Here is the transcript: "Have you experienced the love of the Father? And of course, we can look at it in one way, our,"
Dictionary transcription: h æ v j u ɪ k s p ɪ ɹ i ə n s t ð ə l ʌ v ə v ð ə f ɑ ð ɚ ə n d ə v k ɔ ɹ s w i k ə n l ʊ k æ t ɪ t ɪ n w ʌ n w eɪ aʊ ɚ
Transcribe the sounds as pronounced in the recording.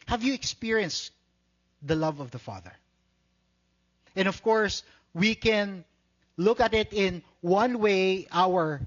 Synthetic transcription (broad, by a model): h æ v j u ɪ k s p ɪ ɹ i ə n s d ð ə l ʌ v ə v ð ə f ɑ ð ɚ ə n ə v k ɔ ɹ s w i k ə n l ʊ k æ t ɪ t ɪ n w ʌ n w eɪ aʊ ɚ